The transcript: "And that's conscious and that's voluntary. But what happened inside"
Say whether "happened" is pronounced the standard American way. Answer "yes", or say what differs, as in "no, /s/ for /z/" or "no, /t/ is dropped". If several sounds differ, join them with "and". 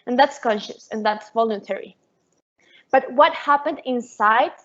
yes